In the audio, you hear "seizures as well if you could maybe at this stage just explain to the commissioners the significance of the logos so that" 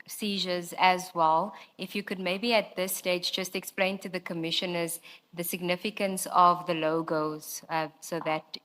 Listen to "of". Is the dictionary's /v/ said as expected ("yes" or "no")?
yes